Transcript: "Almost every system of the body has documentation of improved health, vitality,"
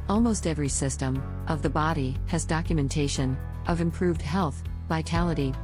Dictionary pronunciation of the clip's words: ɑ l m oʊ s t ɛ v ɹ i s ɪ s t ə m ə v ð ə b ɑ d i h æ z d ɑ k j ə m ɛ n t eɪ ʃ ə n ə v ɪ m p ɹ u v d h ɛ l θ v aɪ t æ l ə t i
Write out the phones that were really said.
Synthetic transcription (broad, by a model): ɑ l m oʊ s t ɛ v ɹ i s ɪ s t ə m ə v ð ə b ɑ d i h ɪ z d ɑ k j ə m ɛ n t eɪ ʃ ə n ə v ɪ m p ɹ u v d h ɛ l θ v aɪ t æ l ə t i